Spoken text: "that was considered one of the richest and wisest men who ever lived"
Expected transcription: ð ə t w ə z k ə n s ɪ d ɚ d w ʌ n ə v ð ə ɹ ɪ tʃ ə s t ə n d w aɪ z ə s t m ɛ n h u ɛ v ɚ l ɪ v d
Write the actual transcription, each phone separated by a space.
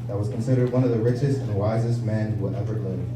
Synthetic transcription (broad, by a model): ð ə t w ə z k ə n s ɪ d ɚ d w ʌ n ə v ð ə ɹ ɪ tʃ ə s t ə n w aɪ z ə s t m ɛ n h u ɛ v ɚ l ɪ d